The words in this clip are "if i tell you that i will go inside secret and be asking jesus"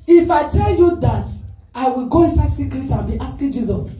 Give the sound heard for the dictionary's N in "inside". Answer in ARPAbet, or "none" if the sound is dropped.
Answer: N